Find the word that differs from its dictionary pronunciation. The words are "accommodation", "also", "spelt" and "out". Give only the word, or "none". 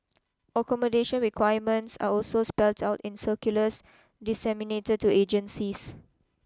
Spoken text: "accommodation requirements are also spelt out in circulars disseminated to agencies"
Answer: none